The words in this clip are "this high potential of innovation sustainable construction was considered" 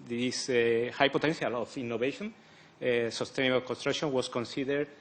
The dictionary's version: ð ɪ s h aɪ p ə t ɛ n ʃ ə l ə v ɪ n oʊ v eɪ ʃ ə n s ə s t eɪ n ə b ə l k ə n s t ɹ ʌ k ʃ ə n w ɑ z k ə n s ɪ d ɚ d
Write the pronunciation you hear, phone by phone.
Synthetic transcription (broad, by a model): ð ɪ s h aɪ p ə t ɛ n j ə l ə f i n oʊ b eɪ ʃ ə n s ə s t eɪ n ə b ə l k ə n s t ɹ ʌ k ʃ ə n w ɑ s k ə n s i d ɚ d